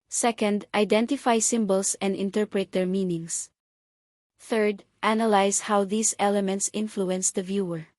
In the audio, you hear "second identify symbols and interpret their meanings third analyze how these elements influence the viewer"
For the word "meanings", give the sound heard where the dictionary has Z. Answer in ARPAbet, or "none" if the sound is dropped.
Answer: S